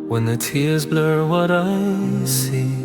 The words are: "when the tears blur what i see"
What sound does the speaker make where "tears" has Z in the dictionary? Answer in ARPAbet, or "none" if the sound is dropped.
Z